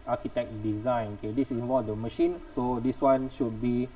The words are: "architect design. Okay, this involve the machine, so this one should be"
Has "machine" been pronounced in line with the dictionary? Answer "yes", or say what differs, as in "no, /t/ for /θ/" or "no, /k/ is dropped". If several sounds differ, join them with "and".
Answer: yes